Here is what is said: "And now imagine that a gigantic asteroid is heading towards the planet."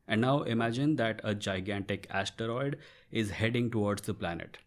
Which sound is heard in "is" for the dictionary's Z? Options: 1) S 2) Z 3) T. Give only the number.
2